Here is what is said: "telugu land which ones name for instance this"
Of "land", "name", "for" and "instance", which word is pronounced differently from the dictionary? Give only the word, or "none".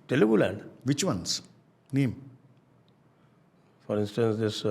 land